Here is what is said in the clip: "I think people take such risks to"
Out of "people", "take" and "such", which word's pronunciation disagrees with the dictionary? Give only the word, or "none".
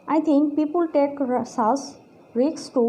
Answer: such